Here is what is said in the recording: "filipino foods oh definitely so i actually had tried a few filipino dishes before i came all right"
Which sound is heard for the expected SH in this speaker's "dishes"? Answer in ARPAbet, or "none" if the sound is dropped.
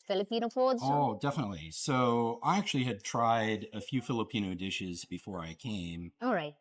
SH